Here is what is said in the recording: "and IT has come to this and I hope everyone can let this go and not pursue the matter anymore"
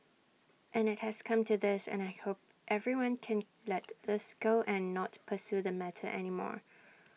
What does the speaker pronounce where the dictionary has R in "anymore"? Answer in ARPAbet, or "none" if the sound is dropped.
R